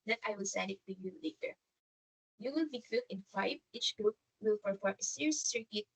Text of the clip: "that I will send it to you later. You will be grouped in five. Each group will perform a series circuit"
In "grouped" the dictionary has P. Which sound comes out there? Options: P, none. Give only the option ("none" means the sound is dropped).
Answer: none